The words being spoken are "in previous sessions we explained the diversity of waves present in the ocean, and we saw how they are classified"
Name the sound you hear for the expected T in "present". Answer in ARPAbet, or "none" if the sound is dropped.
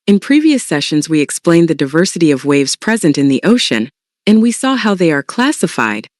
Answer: T